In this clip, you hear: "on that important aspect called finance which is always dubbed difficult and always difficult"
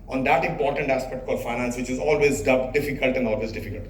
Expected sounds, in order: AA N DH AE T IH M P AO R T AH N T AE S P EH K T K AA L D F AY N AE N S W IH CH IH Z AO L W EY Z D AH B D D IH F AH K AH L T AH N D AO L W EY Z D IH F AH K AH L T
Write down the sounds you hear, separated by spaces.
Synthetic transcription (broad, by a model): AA N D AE T IH M P AO R T AH N T AE S P EH K T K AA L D F AY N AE N S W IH CH IH Z AO L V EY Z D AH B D D IH F AH K AH L T AH N D AO L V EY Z D IH F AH K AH L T